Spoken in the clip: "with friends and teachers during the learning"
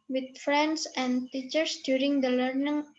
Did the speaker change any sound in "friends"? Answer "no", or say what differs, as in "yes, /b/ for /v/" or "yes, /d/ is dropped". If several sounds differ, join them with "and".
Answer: yes, /s/ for /z/